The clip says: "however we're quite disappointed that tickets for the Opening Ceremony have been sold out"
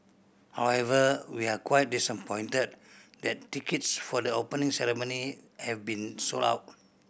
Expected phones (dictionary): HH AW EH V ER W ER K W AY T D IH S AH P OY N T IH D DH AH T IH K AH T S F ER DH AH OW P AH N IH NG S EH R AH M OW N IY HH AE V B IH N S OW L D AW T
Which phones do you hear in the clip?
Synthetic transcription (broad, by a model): HH AW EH V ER W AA K W AY T D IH S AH P OY N T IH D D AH T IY K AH T S F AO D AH OW P AH N IH NG S EH R AH M OW N IY HH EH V B IH N S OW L AW T